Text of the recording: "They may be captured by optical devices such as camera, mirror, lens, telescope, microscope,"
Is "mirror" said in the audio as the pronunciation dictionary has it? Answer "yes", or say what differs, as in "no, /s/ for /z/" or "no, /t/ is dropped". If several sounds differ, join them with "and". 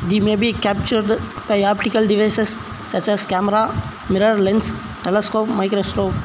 yes